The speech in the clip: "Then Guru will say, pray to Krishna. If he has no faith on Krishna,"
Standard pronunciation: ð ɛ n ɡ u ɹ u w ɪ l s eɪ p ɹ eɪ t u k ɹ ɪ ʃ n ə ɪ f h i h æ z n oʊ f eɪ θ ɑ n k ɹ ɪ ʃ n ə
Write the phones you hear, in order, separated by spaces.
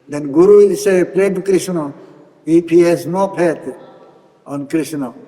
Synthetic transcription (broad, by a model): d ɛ n ɡ u ɹ u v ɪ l s eɪ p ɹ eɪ t u k ɹ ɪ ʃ n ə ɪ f h i h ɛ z n oʊ p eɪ t ɑ n k ɹ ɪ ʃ n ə